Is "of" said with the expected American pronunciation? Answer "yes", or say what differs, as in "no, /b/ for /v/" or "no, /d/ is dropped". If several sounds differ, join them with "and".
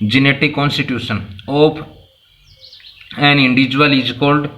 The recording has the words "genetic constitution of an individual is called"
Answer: no, /p/ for /v/